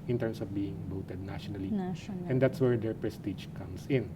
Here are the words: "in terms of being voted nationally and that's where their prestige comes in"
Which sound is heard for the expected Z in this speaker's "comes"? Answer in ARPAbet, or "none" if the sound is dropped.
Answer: S